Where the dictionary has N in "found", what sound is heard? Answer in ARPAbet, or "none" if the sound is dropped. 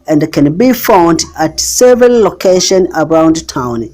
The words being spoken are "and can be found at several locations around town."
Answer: N